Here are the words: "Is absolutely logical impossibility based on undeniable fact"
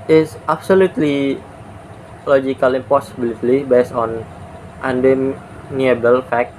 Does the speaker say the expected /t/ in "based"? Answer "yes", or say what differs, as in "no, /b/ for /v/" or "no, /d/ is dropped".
no, /t/ is dropped